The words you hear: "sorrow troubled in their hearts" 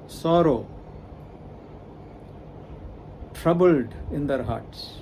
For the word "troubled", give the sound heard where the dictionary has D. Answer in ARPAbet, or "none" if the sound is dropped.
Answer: D